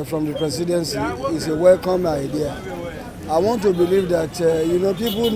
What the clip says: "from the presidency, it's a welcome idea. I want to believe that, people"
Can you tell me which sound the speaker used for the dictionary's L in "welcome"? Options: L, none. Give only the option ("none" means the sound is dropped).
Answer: L